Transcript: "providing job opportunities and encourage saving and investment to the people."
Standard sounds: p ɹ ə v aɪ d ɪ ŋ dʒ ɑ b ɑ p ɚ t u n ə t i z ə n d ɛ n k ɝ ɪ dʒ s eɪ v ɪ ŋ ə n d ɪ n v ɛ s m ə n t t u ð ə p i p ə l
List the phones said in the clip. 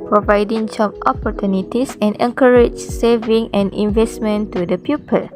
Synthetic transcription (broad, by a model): p ɹ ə v aɪ d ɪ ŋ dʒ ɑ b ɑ p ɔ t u n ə t i s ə n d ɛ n k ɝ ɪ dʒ s eɪ v ɪ ŋ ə n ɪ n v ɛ s m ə n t t u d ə p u p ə l